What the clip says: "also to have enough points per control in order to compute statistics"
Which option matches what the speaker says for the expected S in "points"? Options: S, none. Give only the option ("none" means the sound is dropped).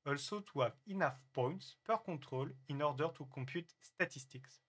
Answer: S